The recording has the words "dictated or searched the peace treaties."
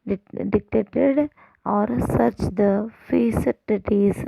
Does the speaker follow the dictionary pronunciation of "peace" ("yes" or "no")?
no